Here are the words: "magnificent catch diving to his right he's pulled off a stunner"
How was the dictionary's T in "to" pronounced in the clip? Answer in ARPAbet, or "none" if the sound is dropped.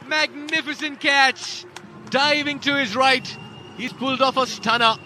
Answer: T